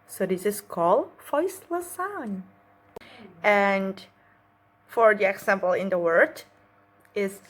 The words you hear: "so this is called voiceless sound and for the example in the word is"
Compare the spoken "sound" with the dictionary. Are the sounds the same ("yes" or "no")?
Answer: no